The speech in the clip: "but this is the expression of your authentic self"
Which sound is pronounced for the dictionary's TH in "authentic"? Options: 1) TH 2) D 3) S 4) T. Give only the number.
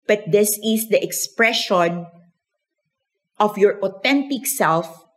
4